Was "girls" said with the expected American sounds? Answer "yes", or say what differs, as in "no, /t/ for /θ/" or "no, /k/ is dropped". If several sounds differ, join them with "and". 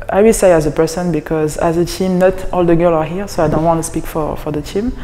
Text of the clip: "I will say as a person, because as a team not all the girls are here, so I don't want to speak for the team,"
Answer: no, /z/ is dropped